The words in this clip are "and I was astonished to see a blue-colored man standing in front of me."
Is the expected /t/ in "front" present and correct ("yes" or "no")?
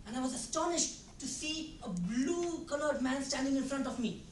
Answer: yes